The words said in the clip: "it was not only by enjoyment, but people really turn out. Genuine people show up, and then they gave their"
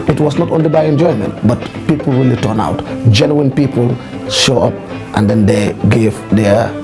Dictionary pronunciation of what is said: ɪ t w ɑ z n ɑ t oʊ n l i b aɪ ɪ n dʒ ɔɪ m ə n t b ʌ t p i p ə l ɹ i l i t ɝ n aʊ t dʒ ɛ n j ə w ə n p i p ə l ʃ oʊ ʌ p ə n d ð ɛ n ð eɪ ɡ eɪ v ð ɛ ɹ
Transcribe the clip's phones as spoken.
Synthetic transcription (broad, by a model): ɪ t w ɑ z n ɑ t oʊ n l i b aɪ ɪ n dʒ ɔɪ m ə n t b ʌ t p i p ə l ɹ i l i t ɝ n aʊ t dʒ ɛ n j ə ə n p i p ə l ʃ oʊ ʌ p ə n d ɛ n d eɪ ɡ eɪ v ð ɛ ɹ